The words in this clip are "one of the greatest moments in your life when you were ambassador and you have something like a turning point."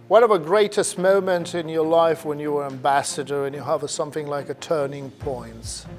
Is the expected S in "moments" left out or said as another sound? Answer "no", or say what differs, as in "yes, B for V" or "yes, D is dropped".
yes, S is dropped